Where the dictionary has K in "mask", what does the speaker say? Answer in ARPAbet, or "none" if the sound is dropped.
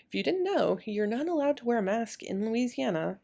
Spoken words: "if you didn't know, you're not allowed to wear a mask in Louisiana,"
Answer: K